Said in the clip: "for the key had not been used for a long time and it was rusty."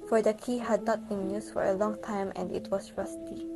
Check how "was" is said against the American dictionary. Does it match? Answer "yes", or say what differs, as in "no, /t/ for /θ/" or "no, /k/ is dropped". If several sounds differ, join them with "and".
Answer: no, /s/ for /z/